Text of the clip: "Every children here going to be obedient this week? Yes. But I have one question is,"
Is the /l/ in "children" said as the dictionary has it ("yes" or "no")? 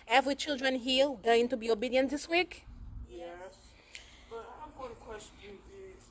yes